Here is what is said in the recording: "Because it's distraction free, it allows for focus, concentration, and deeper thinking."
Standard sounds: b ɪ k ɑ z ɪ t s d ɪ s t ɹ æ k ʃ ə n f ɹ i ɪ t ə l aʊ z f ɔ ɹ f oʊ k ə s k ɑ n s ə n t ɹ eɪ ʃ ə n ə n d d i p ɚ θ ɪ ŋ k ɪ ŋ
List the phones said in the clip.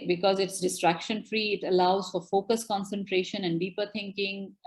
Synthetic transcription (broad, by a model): b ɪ k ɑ z ɪ t s d ɪ s t ɹ æ k ʃ ə n f ɹ i ɪ t ə l aʊ z f ɔ ɹ f oʊ k ə s k ɑ n s ə n t ɹ eɪ ʃ ə n ə n d d i p ɚ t ɪ ŋ k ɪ ŋ